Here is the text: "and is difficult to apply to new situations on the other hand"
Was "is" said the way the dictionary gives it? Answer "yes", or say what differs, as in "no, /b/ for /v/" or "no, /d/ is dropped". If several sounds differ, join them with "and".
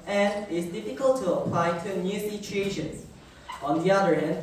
no, /s/ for /z/